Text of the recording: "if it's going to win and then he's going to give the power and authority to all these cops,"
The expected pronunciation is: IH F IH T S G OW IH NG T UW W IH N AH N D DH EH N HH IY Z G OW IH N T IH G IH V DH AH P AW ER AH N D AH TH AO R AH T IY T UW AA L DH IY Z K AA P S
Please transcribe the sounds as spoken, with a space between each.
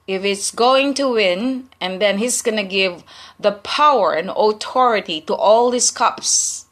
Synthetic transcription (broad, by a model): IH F IH T S G OW IH NG T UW W IH N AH N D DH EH N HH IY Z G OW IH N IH G IH V DH AH P AW ER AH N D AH T AO R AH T IY T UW AA L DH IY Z K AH P S